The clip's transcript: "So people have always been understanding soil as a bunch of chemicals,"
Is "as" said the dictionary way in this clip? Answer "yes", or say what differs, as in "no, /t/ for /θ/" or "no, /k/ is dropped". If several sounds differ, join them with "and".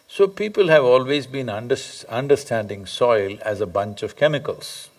yes